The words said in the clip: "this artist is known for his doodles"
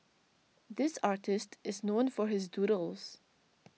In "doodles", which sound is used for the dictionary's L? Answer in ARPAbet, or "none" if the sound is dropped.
L